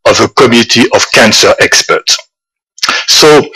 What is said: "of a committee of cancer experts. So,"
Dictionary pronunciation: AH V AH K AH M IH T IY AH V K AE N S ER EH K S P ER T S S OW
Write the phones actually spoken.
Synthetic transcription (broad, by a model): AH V AH K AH M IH T IY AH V K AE N S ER EH K S P ER T S S OW